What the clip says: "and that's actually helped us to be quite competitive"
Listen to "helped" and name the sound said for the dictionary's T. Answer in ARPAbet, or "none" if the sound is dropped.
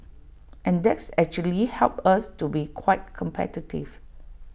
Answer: none